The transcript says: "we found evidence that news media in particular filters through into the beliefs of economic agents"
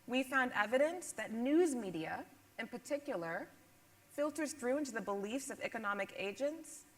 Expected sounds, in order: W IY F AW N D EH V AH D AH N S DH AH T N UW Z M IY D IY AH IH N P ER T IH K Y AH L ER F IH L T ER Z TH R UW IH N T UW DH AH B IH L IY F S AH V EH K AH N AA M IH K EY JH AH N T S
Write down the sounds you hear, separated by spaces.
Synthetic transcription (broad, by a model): W IY F AW N D EH V AH D AH N S DH AH T N UW Z M IY D IY AH IH N P ER T IH K Y L ER F IH L T ER Z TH R UW IH N T UW DH AH B IH L IY F S AH V EH K AH N AA M IH K EY JH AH N T S